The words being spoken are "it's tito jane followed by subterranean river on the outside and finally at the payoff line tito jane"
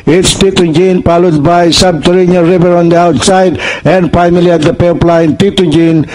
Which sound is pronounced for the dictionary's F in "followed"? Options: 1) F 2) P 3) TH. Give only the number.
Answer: 2